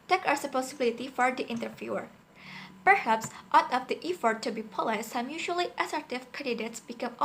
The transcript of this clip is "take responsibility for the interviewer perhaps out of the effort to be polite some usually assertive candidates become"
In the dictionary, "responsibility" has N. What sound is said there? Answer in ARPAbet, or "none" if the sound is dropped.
none